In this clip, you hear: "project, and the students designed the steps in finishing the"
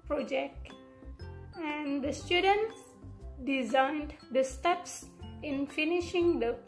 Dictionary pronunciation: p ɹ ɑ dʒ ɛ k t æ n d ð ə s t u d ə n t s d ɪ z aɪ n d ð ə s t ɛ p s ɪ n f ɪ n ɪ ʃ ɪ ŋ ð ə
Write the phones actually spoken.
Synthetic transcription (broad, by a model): p ɹ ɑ dʒ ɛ k t æ n d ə s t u d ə n t s d ɪ z aɪ n d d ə s t ɛ p s ɪ n f ɪ n ɪ ʃ ɪ ŋ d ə